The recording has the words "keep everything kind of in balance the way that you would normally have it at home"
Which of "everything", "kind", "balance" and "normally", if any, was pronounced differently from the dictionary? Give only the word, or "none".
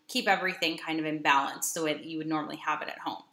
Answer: none